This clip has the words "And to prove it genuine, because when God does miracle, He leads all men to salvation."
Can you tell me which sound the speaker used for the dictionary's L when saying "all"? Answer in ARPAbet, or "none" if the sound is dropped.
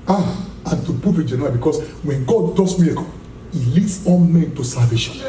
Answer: N